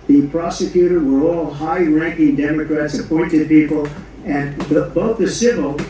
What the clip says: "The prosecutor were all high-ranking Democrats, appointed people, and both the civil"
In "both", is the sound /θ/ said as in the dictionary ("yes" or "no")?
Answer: yes